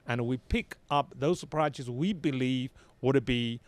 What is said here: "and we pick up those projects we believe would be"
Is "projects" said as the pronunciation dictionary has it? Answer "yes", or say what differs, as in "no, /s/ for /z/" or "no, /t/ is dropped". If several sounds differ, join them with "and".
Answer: no, /z/ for /dʒ/